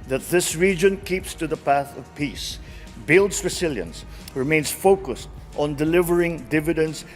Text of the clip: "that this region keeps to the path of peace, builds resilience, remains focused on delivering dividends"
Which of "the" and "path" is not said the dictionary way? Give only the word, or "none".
none